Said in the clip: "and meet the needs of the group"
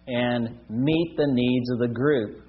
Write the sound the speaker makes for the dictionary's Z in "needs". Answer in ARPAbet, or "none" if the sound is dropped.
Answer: Z